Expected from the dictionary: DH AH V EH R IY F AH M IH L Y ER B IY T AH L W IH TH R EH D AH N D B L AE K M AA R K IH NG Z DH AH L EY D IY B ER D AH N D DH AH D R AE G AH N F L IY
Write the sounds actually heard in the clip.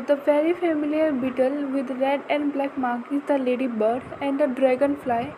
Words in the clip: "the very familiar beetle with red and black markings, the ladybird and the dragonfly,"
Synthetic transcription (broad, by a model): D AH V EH R IY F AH M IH L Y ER B IY T AH L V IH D R EH D AH N D B L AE K M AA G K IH Z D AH L EY D IY B ER D AH N D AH D R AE G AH N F L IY